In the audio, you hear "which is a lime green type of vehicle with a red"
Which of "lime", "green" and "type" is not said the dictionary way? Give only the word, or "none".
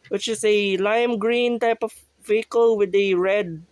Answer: none